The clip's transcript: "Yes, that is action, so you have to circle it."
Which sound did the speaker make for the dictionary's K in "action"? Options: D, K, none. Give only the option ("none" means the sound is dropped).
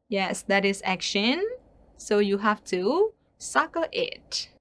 K